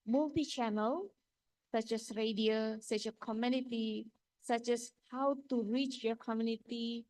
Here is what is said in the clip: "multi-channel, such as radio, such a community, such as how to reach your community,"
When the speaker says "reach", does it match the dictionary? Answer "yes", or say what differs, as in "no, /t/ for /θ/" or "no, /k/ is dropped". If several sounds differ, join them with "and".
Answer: yes